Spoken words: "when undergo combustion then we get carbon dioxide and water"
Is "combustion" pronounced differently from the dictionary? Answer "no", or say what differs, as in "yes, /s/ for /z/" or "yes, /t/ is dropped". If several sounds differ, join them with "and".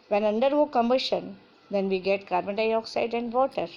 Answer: yes, /b/ is dropped